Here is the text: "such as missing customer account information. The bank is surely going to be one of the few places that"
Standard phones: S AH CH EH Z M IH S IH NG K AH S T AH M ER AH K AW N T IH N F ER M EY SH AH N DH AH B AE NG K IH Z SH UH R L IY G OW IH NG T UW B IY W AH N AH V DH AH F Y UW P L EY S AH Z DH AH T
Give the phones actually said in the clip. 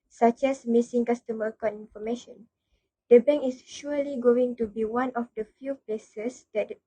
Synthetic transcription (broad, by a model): S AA CH EH S M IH S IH NG K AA S T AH M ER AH K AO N IH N F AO M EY SH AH N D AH B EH NG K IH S SH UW L IY G OW IH NG T UW B IY W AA N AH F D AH F Y UW P L EY S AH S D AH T